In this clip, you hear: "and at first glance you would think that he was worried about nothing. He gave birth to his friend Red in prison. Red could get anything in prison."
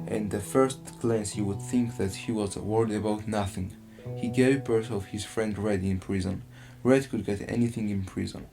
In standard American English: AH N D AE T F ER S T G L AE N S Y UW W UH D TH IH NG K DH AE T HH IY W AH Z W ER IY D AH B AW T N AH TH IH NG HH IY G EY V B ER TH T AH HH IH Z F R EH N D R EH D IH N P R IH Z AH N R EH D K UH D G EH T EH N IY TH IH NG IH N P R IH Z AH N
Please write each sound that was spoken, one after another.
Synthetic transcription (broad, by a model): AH N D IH F ER S T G L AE N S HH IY W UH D TH IH NG K DH AE T HH IY W AH Z W ER IY D AH B AW T N AH TH IH NG HH IY G EY V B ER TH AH HH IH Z F R EH N D R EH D IH N P R IH Z AH N R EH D K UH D G EH T EH N IY TH IH NG IH N P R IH Z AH N